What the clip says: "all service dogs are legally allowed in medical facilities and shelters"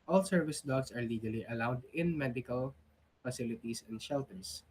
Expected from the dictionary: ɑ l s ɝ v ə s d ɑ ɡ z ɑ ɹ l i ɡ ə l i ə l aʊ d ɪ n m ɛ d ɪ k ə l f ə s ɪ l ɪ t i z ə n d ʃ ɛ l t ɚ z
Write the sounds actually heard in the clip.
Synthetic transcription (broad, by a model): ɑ l s ɝ v ə s d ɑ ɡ s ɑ ɹ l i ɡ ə l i ə l aʊ d ɪ n m ɛ d ɪ k ə l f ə s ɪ l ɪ t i s ə n d ʃ ɛ l t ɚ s